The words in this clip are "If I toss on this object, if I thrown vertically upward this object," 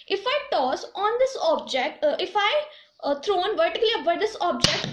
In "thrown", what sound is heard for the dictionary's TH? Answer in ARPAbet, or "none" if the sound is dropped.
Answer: T